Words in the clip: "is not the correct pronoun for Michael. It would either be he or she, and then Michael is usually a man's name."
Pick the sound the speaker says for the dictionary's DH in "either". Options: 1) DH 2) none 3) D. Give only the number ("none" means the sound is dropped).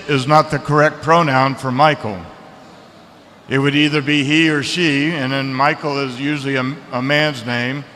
1